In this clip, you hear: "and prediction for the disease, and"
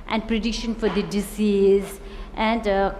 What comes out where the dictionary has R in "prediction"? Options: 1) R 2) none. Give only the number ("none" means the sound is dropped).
1